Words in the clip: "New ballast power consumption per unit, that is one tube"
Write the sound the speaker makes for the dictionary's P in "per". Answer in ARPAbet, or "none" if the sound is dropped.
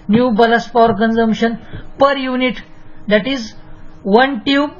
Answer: P